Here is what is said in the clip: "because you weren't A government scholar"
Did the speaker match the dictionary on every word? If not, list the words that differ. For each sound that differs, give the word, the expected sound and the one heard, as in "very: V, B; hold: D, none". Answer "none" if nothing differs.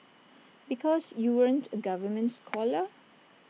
none